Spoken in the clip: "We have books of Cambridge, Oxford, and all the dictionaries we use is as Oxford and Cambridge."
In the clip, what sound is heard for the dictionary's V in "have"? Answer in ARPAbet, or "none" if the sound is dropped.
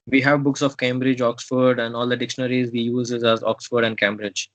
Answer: V